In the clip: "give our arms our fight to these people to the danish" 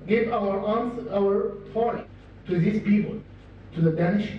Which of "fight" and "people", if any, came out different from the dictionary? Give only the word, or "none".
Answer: fight